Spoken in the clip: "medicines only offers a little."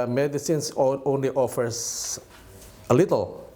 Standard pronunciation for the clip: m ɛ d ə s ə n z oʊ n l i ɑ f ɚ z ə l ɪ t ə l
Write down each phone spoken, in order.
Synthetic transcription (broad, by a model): m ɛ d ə s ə n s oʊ n l i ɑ f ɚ s ə l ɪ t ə l